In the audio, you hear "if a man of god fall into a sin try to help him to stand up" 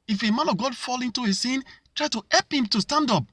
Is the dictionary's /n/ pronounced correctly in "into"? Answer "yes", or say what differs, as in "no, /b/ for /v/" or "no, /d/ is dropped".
yes